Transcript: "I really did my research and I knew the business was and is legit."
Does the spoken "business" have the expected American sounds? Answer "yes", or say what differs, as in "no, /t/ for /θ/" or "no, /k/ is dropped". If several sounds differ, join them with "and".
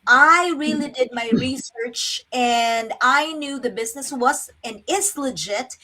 yes